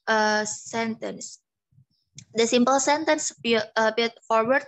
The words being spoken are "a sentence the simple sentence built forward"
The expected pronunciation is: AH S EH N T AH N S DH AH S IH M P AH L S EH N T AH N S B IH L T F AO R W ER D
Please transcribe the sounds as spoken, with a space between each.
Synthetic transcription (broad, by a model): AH S EH N T AH N S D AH S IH M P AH L S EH N T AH N S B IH T F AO R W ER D